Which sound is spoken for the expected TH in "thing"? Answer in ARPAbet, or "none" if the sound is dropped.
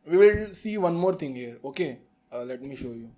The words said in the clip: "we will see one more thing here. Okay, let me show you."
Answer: T